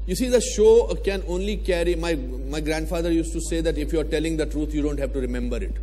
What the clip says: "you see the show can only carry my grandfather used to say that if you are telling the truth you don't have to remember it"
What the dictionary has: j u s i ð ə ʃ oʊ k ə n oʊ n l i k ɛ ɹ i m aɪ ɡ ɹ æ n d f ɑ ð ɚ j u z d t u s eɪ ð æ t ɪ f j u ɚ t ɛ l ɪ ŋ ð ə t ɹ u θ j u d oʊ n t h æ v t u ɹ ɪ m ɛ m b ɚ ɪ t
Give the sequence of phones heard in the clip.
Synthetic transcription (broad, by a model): j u s i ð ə ʃ oʊ k ə n oʊ n l i k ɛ ɹ i m aɪ ɡ ɹ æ n d f ɑ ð ɚ j u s t u s eɪ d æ t ɪ f j u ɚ t ɛ l ɪ ŋ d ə t ɹ u t j u d oʊ n t h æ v t u ɹ ɪ m ɛ m b ɚ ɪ t